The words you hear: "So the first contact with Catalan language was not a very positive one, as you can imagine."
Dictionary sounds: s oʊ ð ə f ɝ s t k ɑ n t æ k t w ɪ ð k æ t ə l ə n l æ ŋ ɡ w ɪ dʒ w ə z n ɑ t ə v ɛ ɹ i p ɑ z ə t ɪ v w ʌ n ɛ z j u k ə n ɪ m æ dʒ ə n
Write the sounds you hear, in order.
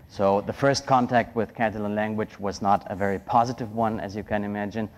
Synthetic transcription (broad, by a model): s oʊ ð ə f ɝ s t k ɑ n t æ k t w ɪ ð k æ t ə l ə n l æ ŋ ɡ w ɪ dʒ w ə z n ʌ t ə v ɛ ɹ i p ɑ z ə t ɪ v w ʌ n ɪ z j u k ə n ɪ m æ dʒ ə n